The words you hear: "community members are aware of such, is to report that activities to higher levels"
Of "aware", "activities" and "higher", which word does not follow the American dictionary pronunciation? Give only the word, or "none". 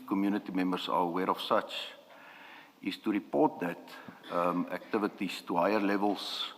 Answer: activities